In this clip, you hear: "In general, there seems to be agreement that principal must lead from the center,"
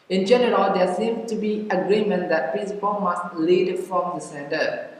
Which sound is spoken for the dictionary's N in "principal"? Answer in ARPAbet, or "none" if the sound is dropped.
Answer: none